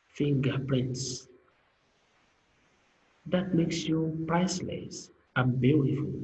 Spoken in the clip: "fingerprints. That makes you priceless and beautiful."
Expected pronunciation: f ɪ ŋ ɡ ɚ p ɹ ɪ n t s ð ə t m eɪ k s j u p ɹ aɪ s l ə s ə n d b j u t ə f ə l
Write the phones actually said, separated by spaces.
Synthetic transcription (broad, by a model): f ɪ ŋ ɡ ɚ p ɹ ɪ n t s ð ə t m eɪ k s j u p ɹ aɪ s l ə s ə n b j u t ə f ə l